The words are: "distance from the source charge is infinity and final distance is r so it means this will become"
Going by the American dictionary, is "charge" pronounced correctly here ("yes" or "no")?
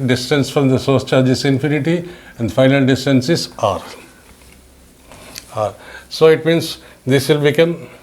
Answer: yes